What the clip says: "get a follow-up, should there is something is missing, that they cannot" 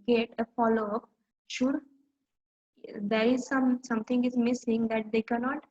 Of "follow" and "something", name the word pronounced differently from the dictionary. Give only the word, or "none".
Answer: something